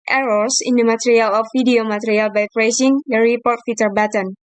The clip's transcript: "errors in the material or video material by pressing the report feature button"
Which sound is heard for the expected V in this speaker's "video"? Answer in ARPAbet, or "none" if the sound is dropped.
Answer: F